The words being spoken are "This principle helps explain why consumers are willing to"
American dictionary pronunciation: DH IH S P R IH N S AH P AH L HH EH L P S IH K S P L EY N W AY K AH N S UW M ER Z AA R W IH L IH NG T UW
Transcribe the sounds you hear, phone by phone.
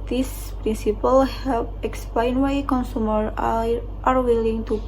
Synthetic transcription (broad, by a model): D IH S P R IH N S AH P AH L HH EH L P IH K S P L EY N W AY K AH N S UW M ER AA R W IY L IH NG T UW